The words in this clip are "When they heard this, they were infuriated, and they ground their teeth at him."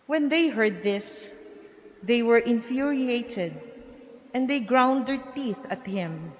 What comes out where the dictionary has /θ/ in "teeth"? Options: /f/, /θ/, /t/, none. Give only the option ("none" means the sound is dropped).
/θ/